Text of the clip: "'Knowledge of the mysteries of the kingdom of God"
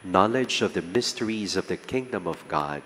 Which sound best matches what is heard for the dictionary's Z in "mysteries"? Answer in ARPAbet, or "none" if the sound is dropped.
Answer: Z